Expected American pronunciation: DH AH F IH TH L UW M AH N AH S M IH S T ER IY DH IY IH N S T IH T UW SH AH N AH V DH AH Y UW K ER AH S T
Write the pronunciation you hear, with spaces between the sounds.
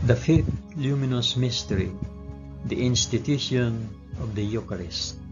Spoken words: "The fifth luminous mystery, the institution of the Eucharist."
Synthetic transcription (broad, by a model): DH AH F IH TH L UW M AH N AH S M IH S T ER IY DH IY IH N S T IH T UW SH AH N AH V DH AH Y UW K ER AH S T